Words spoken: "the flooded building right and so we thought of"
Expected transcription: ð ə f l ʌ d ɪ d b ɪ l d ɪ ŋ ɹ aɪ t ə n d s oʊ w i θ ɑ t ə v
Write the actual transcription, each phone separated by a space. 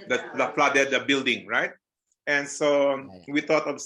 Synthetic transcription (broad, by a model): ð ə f l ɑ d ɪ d b ɪ l d ɪ ŋ ɹ aɪ t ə n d s oʊ w i t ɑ t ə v